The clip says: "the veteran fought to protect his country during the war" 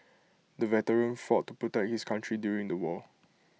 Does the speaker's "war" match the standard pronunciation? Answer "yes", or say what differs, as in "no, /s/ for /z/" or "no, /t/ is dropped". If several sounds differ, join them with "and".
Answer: no, /l/ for /ɹ/